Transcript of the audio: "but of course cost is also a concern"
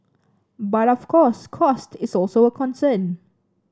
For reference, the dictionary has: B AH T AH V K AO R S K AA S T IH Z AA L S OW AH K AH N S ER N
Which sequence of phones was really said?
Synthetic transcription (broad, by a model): B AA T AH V K AO S K AA S T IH S AA L S OW AH K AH N S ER N